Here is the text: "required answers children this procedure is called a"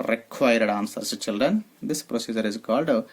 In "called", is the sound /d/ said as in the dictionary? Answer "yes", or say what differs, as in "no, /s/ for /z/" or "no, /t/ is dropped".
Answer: yes